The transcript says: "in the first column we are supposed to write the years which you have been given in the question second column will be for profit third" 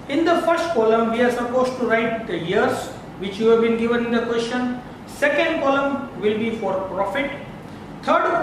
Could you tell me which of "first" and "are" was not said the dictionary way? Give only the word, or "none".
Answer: none